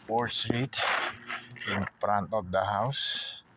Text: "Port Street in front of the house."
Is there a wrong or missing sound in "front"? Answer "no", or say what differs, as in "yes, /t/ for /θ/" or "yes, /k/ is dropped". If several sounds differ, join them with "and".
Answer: yes, /p/ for /f/